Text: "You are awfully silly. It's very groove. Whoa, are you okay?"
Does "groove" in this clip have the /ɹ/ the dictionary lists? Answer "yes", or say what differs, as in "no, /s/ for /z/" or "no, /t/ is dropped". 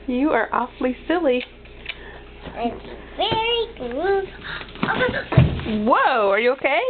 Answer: no, /ɹ/ is dropped